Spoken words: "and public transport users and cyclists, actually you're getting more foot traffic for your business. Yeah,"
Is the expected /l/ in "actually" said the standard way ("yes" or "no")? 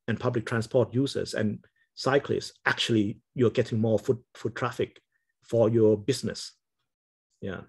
yes